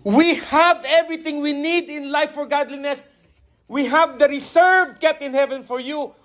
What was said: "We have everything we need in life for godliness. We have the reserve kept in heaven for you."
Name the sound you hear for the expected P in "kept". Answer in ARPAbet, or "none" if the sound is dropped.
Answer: none